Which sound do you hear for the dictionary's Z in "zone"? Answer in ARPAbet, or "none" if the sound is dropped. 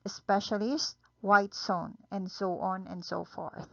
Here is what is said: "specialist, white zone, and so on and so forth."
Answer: S